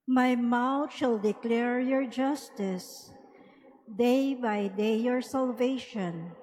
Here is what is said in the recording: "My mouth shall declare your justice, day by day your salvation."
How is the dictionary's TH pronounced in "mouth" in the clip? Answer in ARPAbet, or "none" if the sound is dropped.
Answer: T